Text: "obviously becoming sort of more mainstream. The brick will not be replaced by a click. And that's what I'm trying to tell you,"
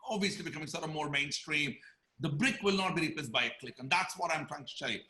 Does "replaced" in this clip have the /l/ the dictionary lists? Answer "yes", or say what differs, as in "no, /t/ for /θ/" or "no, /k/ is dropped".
no, /l/ is dropped